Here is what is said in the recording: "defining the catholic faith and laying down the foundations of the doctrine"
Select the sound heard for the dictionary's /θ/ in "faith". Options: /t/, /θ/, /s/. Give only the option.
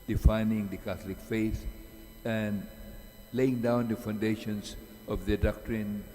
/s/